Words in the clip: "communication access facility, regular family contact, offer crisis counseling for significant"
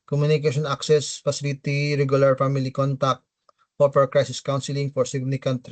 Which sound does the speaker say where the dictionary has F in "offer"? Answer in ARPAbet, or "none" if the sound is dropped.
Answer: P